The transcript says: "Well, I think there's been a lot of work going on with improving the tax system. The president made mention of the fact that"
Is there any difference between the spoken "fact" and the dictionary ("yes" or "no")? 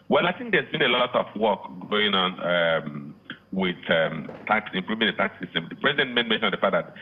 yes